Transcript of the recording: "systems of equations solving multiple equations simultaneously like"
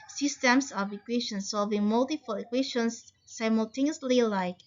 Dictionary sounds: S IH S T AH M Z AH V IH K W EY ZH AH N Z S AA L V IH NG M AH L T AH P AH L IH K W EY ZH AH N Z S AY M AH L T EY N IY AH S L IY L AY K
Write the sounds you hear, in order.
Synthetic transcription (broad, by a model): S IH S T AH M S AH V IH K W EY SH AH N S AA V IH M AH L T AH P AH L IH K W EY SH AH N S S AY M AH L T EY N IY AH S L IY L AY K